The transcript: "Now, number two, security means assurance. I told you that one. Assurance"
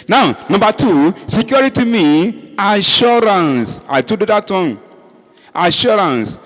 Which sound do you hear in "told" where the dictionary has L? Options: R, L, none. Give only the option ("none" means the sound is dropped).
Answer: none